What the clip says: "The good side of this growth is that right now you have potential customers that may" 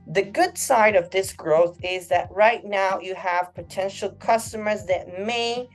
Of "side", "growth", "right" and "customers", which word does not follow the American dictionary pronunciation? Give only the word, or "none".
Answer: none